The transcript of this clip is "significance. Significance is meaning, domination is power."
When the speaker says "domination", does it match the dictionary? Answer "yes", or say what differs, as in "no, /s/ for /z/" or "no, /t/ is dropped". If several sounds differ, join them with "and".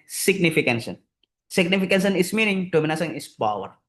no, /s/ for /ʃ/